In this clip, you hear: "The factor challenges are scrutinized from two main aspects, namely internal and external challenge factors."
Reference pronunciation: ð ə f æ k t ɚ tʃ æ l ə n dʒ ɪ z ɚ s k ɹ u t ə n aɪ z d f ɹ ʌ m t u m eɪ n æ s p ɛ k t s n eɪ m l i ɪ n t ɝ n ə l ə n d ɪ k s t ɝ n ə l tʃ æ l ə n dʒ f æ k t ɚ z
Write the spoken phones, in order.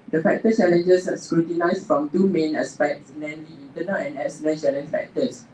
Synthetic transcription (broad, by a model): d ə f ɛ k t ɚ tʃ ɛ l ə n dʒ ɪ s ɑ s k ɹ u t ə n aɪ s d f ɹ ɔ m t u m eɪ n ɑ s p ɛ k t s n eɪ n l i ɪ n t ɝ n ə l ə n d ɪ s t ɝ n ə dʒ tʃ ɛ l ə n f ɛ k t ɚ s